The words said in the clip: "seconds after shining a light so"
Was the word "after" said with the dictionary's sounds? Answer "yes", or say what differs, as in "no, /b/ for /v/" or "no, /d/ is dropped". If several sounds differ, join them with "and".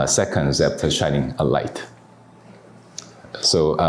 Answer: no, /p/ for /f/